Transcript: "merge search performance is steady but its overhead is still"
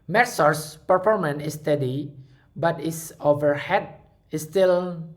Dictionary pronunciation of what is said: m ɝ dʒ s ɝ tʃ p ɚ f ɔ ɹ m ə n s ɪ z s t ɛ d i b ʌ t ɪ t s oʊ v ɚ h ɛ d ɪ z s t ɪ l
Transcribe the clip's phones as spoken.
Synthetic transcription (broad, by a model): m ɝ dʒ s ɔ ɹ p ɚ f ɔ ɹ m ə n ɪ s t ɛ d i b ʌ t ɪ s oʊ v ɚ h ɛ d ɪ s t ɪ l